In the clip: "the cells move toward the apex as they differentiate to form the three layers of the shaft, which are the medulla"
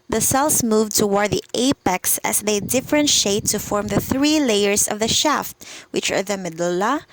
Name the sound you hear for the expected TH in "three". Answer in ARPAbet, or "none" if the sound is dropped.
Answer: TH